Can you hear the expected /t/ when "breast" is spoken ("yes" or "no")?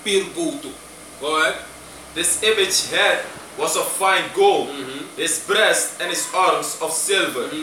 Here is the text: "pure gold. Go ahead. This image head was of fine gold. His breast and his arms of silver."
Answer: yes